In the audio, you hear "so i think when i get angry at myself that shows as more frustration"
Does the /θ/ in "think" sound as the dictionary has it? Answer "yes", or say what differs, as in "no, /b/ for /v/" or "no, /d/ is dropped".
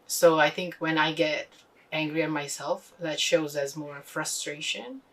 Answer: yes